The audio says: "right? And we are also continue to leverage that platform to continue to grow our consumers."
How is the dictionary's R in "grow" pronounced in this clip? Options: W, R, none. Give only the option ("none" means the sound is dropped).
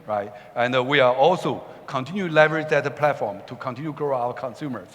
R